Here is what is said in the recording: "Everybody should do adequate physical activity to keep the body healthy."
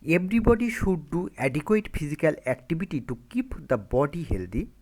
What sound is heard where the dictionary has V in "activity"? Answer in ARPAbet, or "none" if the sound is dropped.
B